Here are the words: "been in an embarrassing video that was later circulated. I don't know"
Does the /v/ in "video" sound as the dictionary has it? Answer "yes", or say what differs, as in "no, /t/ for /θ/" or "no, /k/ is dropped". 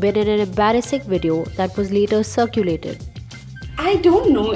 yes